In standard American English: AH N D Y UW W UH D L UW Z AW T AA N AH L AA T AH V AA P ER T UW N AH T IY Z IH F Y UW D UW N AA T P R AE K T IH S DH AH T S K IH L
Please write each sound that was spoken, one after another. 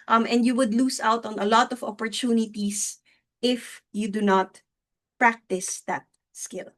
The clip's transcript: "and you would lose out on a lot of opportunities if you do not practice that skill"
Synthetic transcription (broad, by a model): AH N D Y UW W UH D L UW S AW T AA N AH L AA T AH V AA P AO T UW N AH T IY S IH F Y UW D UW N AA T P R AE K T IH S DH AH T S K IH L